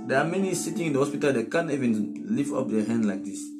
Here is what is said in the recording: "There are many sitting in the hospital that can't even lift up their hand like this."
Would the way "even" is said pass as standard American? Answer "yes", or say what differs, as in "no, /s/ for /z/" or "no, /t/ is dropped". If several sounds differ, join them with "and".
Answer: yes